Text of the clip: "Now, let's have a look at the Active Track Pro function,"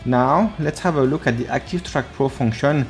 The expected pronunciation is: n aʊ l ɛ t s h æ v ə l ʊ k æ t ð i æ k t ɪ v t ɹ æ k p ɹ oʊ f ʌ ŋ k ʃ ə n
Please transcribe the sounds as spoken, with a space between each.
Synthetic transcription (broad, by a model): n aʊ l ɛ t s h æ v ə l ʊ k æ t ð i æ k t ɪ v t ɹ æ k p ɹ oʊ f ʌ ŋ k ʃ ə n